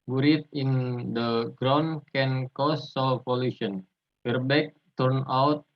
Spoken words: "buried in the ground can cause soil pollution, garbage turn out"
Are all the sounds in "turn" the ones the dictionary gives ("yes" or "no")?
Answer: yes